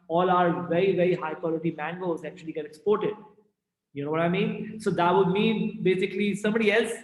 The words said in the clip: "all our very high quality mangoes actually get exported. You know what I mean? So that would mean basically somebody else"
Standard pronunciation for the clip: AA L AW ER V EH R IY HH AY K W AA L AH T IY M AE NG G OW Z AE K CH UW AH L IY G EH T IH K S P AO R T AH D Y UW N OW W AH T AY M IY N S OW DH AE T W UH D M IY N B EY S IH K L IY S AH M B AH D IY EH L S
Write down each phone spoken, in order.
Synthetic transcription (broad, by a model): AA L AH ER V EH R IY HH AY K W AA L AH T IY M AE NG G OW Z AE K CH UW AH L IY G EH T IH K S P AO R T AH D Y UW N OW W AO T AY M IY N S OW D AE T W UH D M IY N B EY S IH K L IY S AH M B AH D IY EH L S